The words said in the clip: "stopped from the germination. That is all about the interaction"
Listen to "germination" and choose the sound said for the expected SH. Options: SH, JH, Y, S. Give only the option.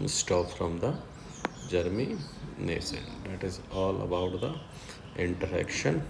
S